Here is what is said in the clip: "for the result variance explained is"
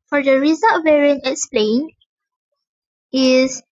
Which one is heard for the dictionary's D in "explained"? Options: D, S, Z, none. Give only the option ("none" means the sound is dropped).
none